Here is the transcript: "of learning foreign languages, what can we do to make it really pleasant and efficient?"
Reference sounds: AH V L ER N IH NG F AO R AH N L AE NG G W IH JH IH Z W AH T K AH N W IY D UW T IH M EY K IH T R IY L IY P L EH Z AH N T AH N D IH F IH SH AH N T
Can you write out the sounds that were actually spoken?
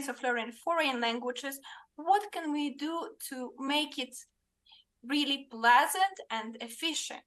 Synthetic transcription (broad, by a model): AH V L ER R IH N F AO R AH N L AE NG G W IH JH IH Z W AH T K AH N W IY D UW T IH M EY K IH T R IY L IY P L EH Z AH N T AH N D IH F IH SH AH N T